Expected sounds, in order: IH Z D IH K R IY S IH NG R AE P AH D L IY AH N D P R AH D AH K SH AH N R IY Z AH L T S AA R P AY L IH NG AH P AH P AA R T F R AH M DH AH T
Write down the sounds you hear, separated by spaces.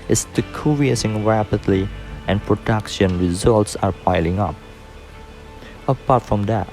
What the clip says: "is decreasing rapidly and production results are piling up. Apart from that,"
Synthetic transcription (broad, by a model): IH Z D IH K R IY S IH NG R AE P AH D L IY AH N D P R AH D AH K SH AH N R IY Z AH L T S AA R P AY L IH NG AH P AH P AA R T F R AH M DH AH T